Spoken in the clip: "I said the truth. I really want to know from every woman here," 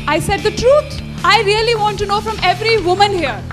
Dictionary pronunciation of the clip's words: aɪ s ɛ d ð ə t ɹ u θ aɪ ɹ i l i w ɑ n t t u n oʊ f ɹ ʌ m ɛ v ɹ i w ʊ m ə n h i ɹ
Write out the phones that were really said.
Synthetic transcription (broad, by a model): aɪ s ɛ d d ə t ɹ u t aɪ ɹ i l i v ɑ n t t u n oʊ f ɹ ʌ m ɛ v ɹ i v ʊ m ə n h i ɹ